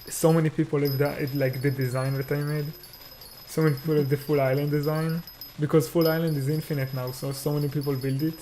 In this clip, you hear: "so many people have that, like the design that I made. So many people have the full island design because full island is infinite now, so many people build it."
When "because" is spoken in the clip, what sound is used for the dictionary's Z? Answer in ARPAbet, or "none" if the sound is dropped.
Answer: Z